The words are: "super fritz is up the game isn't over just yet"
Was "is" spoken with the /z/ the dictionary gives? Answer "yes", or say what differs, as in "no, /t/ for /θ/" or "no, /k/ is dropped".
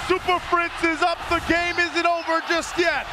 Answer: yes